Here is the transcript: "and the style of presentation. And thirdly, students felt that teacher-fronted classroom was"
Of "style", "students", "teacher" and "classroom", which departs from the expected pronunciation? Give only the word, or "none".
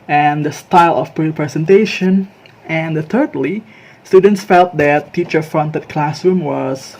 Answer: none